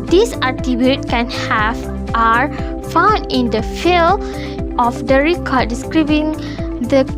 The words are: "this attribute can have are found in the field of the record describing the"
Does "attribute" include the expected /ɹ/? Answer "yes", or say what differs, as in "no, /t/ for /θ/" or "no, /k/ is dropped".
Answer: no, /ɹ/ is dropped